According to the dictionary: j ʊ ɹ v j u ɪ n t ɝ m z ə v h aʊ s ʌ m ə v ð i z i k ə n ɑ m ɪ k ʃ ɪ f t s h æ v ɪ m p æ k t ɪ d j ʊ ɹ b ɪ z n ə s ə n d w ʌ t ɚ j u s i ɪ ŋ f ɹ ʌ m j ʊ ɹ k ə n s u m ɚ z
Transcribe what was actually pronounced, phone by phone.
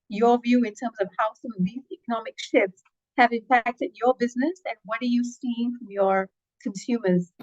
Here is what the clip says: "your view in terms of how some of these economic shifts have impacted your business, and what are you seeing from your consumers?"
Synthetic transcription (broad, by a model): j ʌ ɹ v j u ɪ n t ɝ m z ə v h aʊ s ʌ m ə v ð i z i k ə n ɑ m ɪ k ʃ ɪ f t s h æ v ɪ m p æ k t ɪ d j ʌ ɹ b ɪ z n ə s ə n w ʌ t ɚ j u s i ɪ ŋ f ɹ ʌ m j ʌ ɹ k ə n s u m ɚ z